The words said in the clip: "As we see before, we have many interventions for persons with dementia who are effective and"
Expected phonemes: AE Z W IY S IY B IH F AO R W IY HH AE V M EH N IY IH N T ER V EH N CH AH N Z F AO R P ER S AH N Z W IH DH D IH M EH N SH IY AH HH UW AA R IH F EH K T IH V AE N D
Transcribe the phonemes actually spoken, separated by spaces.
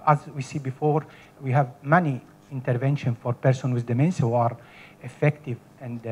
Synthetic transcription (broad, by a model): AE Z W IY S IY B IH F AO R W IY HH AE V M EH N IY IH N T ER V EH N SH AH N F AO R P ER S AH N W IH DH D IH M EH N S HH UW AA R IH F EH K T IH V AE N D